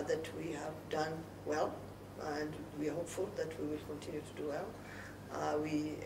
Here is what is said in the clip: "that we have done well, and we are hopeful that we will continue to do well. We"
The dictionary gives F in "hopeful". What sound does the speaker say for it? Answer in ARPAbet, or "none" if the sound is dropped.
F